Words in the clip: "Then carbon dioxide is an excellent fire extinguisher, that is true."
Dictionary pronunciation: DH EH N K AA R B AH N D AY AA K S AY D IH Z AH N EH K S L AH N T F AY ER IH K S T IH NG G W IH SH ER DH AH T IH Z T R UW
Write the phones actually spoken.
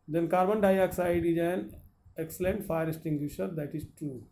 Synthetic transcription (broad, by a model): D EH N K AA R B AH N D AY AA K S AY D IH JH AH N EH K S L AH N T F AY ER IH S T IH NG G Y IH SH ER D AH T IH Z T R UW